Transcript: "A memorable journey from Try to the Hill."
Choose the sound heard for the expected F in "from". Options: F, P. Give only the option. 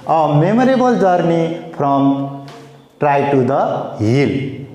P